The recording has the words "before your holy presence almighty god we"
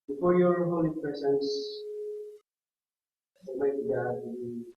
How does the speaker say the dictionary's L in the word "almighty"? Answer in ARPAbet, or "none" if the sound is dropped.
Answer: none